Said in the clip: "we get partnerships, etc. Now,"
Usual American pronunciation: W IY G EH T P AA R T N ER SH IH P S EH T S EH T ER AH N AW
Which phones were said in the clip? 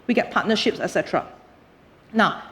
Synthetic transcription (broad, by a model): W IY G EH T P AA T N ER SH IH P S EH T S EH T ER AH N AW